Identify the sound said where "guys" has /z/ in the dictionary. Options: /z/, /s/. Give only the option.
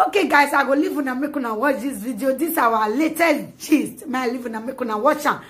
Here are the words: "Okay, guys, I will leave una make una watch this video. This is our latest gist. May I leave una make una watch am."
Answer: /s/